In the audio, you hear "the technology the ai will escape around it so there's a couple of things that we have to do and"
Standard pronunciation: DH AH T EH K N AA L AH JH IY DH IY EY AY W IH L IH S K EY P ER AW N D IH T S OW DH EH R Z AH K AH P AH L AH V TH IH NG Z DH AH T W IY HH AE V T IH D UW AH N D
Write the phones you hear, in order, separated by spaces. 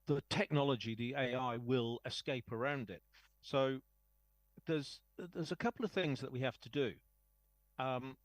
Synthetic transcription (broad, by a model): DH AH T EH K N AA L AH JH IY DH IY EY AY W IH L IH S K EY P ER AW N D IH T S OW DH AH R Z AH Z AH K AH L AH V TH IH NG Z DH AH T W IY HH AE F T IH D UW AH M